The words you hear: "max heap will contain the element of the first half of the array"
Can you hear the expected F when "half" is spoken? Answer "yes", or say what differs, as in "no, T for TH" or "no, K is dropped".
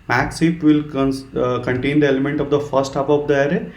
no, P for F